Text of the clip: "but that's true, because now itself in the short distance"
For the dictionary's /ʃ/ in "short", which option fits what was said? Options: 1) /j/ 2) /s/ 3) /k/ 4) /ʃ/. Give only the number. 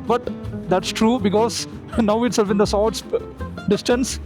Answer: 2